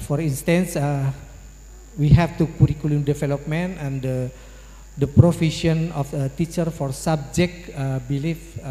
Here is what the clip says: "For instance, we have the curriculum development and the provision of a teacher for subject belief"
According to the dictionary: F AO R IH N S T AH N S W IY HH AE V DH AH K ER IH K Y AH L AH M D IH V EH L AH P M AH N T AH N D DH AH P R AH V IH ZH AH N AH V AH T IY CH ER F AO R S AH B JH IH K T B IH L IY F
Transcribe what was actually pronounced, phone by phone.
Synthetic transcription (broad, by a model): F AO R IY N S T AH N S W IY HH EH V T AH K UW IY K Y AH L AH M D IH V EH L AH P M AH N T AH N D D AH P R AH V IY SH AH N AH F AH T IY CH ER F AO R S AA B JH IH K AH B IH L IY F